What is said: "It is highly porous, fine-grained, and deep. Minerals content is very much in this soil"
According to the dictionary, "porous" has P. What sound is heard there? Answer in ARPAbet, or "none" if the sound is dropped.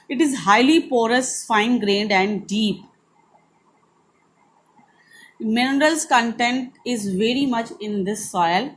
P